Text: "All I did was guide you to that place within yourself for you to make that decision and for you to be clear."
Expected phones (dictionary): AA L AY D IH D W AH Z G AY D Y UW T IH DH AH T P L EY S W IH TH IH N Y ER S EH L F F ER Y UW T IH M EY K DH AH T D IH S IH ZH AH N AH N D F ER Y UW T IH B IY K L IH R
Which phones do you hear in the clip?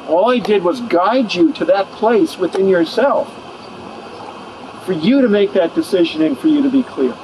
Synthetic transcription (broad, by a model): AA L AY D IH D W AH Z G AY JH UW T IH DH AH T P L EY S W IH TH IH N Y ER S EH L F F ER Y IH T IH M EY K DH AH T D IH S IH ZH AH N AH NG F ER Y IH T IH B IY K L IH R